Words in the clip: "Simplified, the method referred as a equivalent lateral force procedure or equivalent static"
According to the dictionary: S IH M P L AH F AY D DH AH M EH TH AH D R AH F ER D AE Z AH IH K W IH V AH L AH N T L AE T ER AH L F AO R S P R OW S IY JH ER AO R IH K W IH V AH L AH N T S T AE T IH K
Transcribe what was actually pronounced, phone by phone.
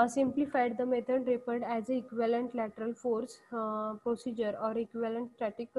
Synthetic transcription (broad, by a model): S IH M P L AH F AY D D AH M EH T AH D R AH P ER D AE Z AH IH K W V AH L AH N T L AE T ER AH L F AO R S P R OW S IY JH ER AO R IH K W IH V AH L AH N T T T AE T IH K